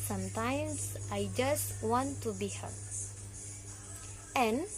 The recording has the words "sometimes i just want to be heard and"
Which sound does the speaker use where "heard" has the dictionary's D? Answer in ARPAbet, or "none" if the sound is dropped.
none